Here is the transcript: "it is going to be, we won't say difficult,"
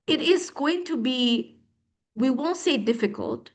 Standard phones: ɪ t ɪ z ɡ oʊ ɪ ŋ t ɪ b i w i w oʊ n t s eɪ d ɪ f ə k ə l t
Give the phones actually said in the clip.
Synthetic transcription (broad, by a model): ɪ t ɪ z ɡ oʊ ɪ ŋ t ɪ b i w i w oʊ n t s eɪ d ɪ f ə k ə l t